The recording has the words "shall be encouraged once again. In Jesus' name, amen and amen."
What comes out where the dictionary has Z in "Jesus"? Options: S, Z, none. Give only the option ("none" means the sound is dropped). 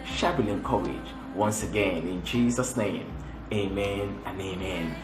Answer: Z